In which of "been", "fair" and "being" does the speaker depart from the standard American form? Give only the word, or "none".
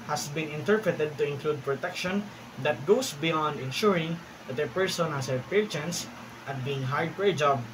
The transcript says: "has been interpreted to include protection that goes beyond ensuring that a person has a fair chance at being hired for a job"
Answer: fair